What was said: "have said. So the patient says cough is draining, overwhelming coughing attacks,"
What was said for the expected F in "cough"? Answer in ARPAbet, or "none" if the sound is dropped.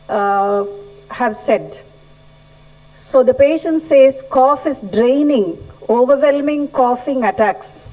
F